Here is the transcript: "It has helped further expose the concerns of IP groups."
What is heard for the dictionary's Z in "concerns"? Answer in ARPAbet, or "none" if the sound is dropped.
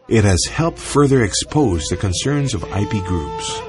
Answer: Z